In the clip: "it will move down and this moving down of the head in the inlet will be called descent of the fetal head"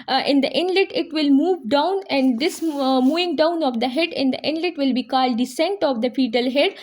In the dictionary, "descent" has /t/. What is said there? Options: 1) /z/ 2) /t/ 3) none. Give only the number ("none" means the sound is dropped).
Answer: 2